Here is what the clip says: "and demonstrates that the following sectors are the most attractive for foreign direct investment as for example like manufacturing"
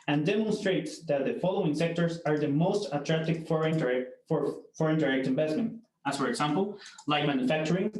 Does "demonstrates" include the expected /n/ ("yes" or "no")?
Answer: yes